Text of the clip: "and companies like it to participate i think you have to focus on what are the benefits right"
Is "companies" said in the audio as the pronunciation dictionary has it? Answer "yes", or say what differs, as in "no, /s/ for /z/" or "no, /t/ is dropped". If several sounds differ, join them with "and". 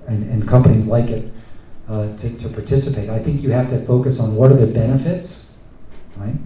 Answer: yes